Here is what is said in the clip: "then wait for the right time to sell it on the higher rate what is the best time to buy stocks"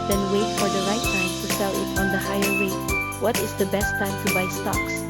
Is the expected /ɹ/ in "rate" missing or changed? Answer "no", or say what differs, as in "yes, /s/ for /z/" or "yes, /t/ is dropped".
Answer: yes, /w/ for /ɹ/